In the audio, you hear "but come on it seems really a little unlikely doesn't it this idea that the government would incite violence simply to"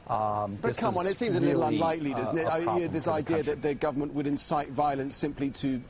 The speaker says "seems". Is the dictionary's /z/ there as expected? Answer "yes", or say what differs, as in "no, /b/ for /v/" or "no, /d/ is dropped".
yes